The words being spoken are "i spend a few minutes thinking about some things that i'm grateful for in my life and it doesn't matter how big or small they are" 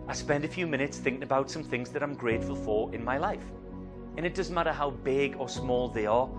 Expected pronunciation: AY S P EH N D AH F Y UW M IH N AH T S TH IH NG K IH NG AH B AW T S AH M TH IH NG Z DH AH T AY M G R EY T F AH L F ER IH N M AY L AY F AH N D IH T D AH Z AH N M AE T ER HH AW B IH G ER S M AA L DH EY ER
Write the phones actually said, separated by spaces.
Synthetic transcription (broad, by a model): AY S P EH N D AH F Y UW M IH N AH T S TH IH NG K IH NG AH B AW T S AH M TH IH NG Z DH AH T AY M G R EY T F AH L F ER IH N M AY L AY F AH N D IH T D AH Z AH N M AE T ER HH AW B IH G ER S M AA L DH EY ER